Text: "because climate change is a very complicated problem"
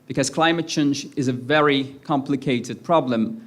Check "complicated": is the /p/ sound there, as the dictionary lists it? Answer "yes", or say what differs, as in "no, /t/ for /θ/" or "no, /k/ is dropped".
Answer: yes